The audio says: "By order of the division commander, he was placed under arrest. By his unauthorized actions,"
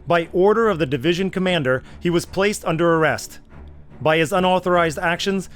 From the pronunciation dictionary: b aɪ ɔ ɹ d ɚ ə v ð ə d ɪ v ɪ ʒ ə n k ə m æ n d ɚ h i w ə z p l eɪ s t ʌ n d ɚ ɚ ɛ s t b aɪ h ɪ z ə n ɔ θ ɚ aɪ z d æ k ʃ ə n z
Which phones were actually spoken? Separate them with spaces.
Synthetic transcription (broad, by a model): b aɪ ɔ ɹ d ɚ ə v ð ə d ɪ v ɪ ʒ ə n k ə m æ n d ɚ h i w ə z p l eɪ s t ʌ n d ɚ ɚ ɛ s t b aɪ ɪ z ə n ɔ θ ɚ aɪ z d æ k ʃ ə n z